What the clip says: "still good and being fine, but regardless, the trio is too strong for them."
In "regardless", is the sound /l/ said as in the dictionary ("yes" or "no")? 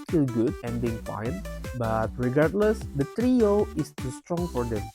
yes